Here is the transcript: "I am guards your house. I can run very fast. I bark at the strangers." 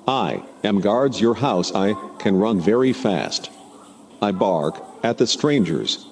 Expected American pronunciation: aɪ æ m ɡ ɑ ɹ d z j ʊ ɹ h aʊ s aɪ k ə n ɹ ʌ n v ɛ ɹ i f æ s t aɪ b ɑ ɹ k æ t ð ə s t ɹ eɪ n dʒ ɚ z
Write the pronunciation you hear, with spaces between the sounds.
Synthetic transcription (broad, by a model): aɪ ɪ m ɡ ɑ ɹ d z j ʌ ɹ h aʊ s aɪ k ə n ɹ ʌ n v ɛ ɹ i f æ s t aɪ b ɑ ɹ k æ t ð ə s t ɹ eɪ n dʒ ɚ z